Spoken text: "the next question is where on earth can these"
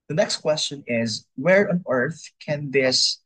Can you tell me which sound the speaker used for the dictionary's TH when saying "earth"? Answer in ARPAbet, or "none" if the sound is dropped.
TH